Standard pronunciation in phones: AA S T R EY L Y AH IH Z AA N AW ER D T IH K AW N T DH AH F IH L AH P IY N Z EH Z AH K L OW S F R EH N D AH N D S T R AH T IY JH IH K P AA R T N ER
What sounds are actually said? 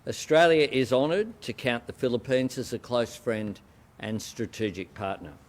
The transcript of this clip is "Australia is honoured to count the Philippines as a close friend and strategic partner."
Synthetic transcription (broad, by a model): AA S T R EY L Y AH IH Z AA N ER D T IH K AW N DH AH F IH L AH P IY N Z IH Z AH K L OW S F R EH N D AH N S T R AH T IY JH IH K P AA R T N ER